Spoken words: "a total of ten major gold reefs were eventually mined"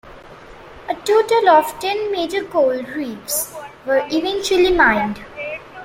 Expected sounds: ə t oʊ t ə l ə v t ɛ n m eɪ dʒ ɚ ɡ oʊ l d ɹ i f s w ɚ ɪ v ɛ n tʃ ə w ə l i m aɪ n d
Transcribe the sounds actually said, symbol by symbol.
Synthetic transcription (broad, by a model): ə t oʊ t ə l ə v t ɛ n m eɪ dʒ ɚ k oʊ l d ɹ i p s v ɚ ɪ v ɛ n tʃ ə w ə l i m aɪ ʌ d